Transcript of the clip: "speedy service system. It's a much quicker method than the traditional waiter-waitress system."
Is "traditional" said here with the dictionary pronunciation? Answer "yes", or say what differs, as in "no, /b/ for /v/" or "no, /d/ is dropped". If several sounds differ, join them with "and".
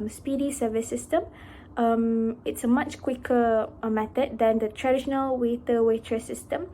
yes